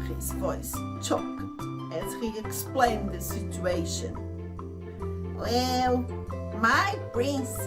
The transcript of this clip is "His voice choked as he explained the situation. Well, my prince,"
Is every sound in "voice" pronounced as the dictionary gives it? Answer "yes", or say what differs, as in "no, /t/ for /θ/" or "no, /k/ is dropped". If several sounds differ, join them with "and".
yes